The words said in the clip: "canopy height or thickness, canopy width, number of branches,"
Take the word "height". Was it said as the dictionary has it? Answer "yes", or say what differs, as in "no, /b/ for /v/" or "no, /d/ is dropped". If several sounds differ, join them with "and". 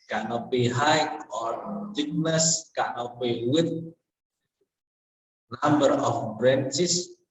no, /t/ is dropped